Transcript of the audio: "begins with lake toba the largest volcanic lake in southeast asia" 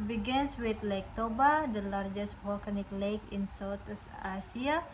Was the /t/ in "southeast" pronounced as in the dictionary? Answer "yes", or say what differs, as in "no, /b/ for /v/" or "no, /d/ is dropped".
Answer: no, /t/ is dropped